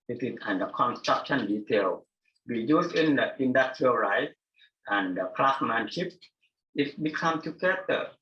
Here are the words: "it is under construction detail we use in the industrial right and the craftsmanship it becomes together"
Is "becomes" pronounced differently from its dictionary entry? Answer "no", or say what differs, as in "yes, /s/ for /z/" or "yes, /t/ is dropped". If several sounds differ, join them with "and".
yes, /z/ is dropped